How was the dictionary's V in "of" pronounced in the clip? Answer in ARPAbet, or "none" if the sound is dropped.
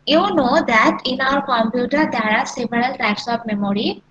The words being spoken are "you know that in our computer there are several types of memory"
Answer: P